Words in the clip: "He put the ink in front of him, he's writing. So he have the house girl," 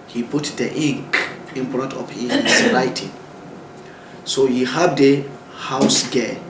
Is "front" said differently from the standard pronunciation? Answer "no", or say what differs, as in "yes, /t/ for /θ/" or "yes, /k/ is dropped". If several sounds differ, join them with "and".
yes, /p/ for /f/